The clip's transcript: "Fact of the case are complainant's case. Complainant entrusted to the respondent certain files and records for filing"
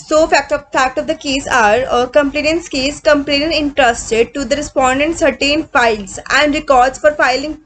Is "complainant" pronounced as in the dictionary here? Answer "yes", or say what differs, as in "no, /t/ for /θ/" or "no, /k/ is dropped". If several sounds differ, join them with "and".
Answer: no, /t/ is dropped